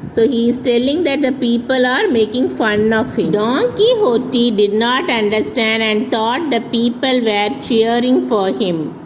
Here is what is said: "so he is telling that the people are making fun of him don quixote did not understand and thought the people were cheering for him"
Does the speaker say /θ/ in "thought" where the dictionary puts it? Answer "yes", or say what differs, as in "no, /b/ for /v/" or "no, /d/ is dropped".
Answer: no, /t/ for /θ/